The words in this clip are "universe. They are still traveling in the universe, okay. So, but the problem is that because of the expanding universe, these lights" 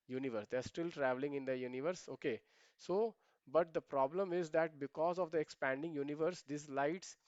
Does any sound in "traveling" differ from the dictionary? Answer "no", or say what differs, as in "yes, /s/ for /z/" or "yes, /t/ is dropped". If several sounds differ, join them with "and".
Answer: no